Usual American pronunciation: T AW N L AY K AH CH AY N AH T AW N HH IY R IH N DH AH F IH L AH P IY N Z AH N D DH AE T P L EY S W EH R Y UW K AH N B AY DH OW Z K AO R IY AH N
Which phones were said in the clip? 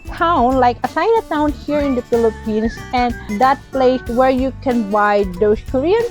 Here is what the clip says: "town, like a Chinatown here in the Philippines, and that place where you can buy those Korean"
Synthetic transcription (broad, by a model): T AW N L AY K AH S AY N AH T AW N HH IY R IH N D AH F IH L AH P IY N S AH N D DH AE T P L EY S W EH R Y UW K AH N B AY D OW S K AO R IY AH N